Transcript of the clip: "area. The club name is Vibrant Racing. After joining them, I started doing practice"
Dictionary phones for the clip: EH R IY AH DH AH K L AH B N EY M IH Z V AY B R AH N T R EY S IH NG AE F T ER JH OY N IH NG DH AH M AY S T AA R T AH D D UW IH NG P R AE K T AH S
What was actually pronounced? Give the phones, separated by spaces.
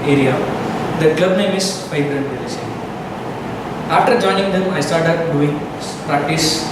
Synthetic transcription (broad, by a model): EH R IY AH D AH K L AH B N EY M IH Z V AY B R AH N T L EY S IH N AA F T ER JH OY N IH NG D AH M AY S T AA R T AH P D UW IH NG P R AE K T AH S